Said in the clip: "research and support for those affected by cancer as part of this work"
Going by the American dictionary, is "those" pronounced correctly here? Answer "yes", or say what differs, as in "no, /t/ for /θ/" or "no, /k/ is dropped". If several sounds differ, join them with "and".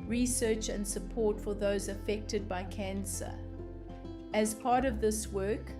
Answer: yes